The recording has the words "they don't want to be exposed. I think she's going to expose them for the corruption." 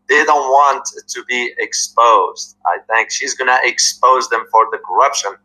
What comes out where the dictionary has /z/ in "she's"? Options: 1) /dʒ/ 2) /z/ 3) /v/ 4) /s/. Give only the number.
2